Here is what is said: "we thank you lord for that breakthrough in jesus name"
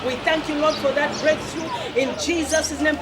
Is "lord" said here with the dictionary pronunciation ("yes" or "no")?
yes